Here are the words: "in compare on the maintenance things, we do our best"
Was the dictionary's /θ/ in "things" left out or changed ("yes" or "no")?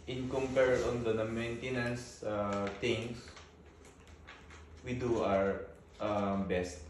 yes